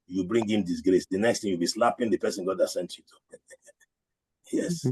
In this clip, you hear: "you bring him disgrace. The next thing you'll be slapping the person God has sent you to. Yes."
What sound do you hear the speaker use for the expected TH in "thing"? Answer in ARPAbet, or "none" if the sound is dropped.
T